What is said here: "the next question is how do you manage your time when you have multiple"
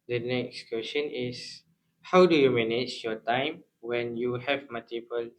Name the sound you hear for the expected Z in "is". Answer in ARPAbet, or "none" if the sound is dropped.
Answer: S